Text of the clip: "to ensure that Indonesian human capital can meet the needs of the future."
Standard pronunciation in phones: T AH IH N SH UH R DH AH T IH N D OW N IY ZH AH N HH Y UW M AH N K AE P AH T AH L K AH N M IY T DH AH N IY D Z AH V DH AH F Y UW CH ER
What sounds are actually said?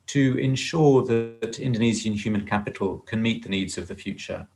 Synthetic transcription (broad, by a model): T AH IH N SH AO DH AH T IH N D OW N IY Z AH N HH Y UW M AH N K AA P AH T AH L K AH N M IY T DH AH N IY D Z AH V DH AH F Y UW CH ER